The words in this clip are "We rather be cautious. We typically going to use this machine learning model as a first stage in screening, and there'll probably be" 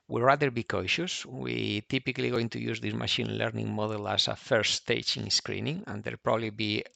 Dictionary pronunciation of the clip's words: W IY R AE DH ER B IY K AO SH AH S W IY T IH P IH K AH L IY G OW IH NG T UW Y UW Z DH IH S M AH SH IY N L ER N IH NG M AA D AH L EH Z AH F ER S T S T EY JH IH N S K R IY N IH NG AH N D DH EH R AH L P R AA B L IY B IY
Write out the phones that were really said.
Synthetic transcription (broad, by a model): W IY R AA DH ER B IY K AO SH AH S W IY T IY P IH K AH L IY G OW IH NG T UW Y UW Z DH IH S M AH SH IY N L ER N IH NG M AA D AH L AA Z AH F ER T S T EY CH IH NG S K R IY N IH NG AH N D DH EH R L P R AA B L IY B IY